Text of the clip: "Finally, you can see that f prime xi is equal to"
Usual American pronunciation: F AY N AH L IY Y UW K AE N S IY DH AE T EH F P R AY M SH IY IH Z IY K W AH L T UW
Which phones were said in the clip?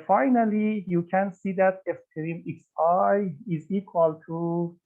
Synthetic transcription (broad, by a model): F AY N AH L IY Y UW K AE N S IY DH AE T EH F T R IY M S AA IH Z IY K W AH L T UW